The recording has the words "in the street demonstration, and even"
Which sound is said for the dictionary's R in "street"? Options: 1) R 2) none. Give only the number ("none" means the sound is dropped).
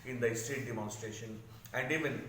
2